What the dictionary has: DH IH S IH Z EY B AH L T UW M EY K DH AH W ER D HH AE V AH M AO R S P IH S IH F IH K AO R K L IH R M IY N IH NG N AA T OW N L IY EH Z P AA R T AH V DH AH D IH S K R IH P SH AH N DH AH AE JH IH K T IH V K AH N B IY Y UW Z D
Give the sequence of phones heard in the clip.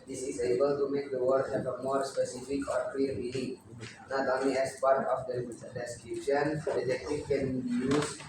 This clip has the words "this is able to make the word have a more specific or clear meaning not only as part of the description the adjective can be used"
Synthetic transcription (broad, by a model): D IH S IH Z EY B AH L T UW M EY K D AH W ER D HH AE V AH M AO R S P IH S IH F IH K AO R K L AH R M IY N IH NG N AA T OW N IY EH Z P AA R T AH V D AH D IH S K R IH P SH AH N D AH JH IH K T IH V K AH N B IY Y UW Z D